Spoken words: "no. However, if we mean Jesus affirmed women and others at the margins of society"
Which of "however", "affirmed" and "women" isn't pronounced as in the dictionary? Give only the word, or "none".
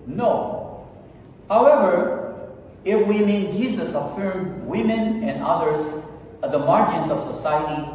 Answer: none